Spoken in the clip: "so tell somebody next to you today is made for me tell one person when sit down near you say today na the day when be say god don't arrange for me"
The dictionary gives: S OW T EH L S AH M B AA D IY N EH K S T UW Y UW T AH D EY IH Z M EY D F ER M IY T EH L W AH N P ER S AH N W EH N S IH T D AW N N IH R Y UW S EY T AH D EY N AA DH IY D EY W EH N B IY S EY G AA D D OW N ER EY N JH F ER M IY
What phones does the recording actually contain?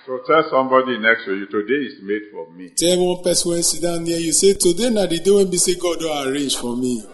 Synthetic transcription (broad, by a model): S OW T EH L S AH M B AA D IY N EH K S T UW Y UW T AH D EY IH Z M EY D F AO M IY T EH L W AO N P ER S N W EH N S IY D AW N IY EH Y UW S EY T AH D EY N AA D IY D EY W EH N B IY S EY G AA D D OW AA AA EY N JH F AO M IY